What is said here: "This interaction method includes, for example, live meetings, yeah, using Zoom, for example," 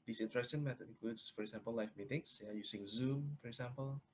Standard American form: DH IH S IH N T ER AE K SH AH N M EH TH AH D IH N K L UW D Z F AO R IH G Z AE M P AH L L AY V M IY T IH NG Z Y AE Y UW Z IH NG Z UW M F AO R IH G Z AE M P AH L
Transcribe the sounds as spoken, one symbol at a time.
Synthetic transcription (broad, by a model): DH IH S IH N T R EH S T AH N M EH T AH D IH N K L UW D S F AO R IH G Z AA M P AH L L AY F M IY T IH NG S Y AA Y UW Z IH NG Z UW M F AO R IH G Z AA M P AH L